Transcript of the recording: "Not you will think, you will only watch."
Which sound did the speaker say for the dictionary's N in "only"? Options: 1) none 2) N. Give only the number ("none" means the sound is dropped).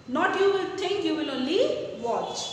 1